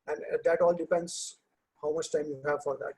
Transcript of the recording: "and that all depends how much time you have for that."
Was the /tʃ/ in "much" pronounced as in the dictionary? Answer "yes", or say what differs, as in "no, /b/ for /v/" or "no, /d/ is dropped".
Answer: yes